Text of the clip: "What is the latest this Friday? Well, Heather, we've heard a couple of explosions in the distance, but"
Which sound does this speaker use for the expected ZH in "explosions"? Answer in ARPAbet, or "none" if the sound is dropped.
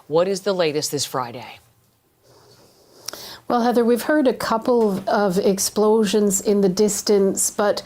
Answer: ZH